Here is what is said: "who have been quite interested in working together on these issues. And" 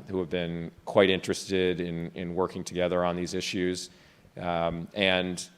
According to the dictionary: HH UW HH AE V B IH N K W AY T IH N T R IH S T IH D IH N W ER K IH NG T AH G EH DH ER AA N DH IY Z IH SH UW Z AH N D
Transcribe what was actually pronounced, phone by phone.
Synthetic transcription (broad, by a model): HH UW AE V B IH N K W AY T IH N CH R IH S T IH D IH N W ER K IH NG T AH G EH DH ER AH N DH IY Z IH SH UW Z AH N